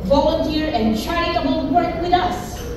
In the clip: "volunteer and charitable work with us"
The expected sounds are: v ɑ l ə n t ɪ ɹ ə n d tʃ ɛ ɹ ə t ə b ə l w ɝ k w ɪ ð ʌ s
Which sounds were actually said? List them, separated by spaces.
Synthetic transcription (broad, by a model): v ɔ l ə n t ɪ ɹ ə n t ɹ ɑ ə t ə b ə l w ɝ k w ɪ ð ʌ s